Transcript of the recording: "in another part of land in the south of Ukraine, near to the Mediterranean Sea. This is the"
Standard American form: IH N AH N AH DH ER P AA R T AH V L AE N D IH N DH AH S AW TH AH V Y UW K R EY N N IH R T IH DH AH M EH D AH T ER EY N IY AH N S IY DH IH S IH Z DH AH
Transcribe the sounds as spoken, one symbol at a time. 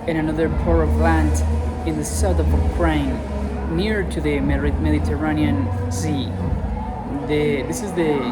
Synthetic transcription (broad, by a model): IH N AH N AH DH ER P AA R AH V L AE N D IH N DH AH S AW TH AH V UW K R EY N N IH R T IH DH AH M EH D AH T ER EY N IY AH N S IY DH IH S IH Z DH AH